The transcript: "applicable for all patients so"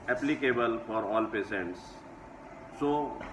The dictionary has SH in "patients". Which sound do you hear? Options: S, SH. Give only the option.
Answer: S